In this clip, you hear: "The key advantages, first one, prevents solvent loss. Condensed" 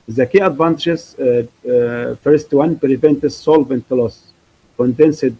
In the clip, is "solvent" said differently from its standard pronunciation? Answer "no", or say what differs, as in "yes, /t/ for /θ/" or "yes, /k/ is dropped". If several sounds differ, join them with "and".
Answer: no